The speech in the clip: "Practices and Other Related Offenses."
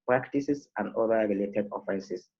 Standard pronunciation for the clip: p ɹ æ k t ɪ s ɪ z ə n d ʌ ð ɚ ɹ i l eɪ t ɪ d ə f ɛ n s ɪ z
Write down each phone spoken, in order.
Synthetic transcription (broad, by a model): p ɹ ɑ k t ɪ s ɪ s ə n d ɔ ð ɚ ɹ i l eɪ t ɪ d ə f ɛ n s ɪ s